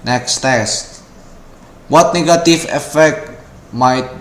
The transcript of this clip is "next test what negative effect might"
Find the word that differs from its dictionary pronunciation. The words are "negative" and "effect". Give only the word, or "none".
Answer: negative